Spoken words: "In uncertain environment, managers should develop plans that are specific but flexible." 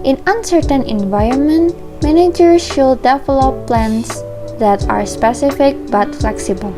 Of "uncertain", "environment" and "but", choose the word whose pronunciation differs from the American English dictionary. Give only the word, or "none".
none